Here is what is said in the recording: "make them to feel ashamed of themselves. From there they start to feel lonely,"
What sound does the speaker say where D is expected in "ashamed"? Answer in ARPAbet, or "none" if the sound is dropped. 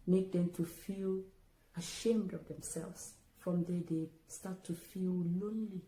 D